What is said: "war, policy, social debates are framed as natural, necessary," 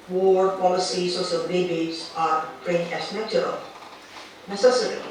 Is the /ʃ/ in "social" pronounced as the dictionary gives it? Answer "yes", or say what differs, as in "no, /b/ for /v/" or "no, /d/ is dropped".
no, /s/ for /ʃ/